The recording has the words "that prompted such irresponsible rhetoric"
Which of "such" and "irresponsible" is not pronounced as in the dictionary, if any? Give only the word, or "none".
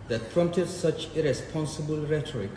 none